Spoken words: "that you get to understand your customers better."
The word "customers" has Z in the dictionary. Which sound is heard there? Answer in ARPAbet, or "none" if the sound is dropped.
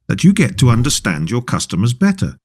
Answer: Z